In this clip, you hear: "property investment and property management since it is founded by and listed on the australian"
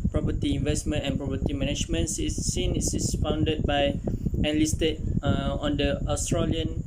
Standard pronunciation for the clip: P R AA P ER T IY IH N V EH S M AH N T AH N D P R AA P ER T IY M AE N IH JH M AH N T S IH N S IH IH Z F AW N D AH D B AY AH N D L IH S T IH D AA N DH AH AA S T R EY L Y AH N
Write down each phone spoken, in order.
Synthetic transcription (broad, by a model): P R AA P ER T IY IH N V EH S M AH N T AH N P R AA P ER T IY M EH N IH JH M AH N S S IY N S IH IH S F AW N D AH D B AY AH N L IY S T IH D AA N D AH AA S T R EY L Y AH N